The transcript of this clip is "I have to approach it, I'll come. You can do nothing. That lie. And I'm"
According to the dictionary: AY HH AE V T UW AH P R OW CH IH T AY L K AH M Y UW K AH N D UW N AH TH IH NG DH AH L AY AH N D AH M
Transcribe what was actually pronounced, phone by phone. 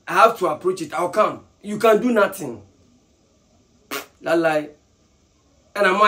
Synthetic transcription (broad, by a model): AY HH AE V T UW AH P R OW CH IH T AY W K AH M Y UW K AH N D UW N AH T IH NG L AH L AY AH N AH M